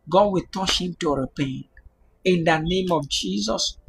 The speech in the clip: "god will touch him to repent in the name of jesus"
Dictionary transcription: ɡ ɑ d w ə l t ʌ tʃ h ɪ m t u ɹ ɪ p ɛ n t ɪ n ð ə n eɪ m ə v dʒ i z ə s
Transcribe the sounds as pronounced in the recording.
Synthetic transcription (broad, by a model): ɡ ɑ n w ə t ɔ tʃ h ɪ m t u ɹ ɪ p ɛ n ɪ n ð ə n eɪ m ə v dʒ i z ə s